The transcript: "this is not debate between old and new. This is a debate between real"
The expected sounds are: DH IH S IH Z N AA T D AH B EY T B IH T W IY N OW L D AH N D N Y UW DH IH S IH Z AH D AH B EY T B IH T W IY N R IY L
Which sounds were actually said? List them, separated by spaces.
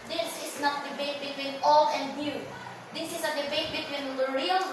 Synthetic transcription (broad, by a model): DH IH S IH S N AA T D AH B EY T B IH T W IY N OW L AH N D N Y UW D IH S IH S AH D AH B EY T B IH T W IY N R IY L